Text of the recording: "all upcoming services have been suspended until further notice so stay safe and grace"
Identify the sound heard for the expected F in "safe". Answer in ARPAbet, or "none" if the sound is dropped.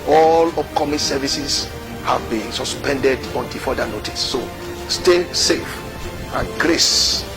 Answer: F